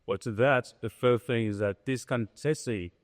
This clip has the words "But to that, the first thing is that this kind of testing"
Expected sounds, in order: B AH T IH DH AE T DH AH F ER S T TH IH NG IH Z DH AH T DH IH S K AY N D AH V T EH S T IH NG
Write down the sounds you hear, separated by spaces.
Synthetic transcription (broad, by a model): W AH T IH DH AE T DH AH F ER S TH IH NG IH Z DH AH T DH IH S K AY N T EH S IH